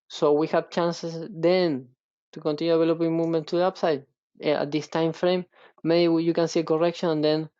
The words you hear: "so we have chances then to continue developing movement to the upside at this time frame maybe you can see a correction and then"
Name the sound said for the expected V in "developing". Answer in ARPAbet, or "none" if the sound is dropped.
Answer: none